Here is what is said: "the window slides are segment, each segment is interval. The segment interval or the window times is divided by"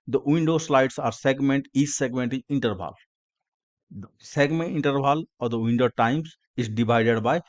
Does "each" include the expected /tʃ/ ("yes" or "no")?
no